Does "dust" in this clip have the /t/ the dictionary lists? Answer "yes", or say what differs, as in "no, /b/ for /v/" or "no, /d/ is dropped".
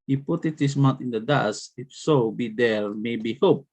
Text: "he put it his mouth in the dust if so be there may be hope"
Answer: no, /t/ is dropped